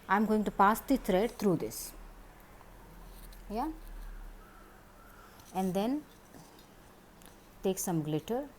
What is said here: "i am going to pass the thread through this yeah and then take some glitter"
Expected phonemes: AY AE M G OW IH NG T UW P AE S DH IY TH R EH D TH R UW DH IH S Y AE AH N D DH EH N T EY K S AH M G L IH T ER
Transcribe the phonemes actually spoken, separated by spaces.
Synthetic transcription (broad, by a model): AY M G OW IH NG T UW P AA S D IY T R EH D T R UW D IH S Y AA AH N D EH N T EY K S AH M G L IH T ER